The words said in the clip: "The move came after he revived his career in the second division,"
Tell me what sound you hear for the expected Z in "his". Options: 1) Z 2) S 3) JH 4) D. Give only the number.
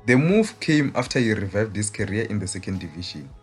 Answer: 2